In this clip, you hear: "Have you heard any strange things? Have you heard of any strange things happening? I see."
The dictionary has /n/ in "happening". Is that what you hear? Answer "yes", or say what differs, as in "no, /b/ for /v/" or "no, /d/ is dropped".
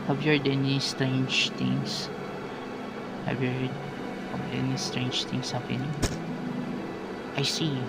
no, /n/ is dropped